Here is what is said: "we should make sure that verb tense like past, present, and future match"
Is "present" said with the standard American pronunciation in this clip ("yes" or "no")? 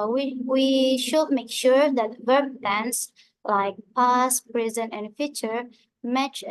no